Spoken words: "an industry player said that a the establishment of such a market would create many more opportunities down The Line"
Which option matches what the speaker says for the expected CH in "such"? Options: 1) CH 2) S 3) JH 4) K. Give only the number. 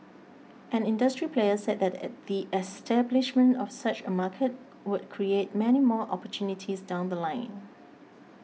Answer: 1